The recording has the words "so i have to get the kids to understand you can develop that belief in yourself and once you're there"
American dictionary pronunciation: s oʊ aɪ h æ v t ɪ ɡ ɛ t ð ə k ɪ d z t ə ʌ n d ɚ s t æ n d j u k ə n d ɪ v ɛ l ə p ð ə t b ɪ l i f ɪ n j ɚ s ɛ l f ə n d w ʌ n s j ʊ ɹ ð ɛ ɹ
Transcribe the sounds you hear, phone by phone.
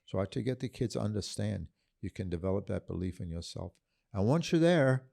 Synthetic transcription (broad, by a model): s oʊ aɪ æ t ɪ ɡ ɛ t ð ə k ɪ d z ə ʌ n d ɚ s t æ n d j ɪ k ə n d ɪ v ɛ l ə p ð ə t b ɪ l i f ɪ n j ɚ s ɛ l f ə n w ʌ n s j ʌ ɹ ð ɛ ɹ